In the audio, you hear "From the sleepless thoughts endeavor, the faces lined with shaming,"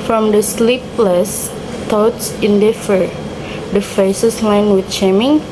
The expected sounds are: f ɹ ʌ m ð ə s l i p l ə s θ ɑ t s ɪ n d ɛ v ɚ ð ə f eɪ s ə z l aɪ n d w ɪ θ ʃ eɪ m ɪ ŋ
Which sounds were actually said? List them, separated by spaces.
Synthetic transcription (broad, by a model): f ɹ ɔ m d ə s l i p l ə s t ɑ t s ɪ n d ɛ f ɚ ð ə f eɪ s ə s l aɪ n w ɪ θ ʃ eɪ m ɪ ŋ